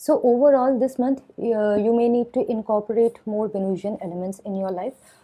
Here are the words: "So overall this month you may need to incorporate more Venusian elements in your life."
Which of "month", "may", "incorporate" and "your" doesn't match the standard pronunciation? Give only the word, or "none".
month